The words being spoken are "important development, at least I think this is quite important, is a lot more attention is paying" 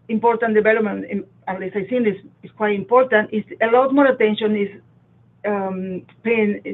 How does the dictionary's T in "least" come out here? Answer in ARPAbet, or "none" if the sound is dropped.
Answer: none